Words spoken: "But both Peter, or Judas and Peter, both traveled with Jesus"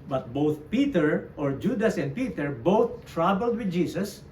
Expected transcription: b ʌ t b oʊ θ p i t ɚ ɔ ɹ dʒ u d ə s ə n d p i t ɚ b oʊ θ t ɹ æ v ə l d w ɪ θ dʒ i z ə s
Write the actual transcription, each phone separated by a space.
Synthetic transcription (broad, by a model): b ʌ t b oʊ θ p i t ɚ ɔ ɹ dʒ u d ə s ə n d p i t ɚ b oʊ θ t ɹ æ b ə l d w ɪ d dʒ i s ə s